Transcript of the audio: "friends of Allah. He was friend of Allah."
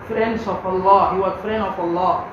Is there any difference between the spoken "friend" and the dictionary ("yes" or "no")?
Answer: yes